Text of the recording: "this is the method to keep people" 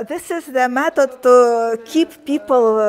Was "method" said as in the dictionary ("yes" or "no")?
no